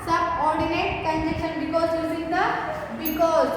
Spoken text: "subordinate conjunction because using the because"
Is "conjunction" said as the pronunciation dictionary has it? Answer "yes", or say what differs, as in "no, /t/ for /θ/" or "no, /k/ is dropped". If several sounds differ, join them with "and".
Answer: no, /ŋ/ is dropped